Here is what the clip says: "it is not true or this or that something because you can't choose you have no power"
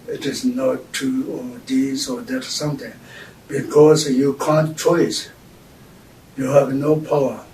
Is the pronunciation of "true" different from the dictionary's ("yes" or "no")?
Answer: yes